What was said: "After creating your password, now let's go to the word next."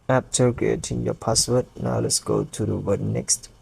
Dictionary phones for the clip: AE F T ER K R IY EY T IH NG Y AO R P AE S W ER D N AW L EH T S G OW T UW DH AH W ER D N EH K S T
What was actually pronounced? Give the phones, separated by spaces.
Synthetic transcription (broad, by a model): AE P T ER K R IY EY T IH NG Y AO P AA S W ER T N AW L EH T S G OW T UW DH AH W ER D N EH K S T